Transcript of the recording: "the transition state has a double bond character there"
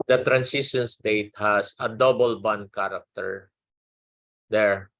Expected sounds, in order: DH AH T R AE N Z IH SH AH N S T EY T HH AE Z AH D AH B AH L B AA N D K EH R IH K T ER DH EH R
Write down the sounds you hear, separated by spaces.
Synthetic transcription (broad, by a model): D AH T R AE N S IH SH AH N S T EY T HH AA S AH D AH B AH L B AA N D K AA R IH K T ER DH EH R